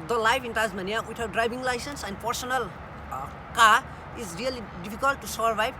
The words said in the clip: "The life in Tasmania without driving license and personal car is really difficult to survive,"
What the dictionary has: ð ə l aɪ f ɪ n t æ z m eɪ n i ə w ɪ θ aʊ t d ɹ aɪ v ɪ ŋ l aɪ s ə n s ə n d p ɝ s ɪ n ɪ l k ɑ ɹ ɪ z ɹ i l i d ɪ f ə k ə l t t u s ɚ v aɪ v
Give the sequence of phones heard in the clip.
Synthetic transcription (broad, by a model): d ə l aɪ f ɪ n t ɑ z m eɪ n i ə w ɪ t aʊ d ɹ aɪ b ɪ ŋ l aɪ s ə n s ə n d p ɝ s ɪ n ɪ l k ɑ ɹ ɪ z ɹ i l i d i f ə k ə l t t u s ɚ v aɪ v